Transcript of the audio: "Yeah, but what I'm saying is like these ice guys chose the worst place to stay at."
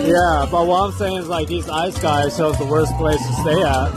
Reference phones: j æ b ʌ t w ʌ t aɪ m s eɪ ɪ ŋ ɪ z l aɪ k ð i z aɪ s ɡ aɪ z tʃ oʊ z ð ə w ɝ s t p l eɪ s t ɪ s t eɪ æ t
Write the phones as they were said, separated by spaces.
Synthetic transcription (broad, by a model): j æ b ʌ t w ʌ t aɪ m s eɪ ɪ ŋ ɪ z l aɪ k ð i z aɪ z ɡ aɪ z ʃ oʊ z ð ə w ɝ s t p l eɪ s t ɪ s t eɪ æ t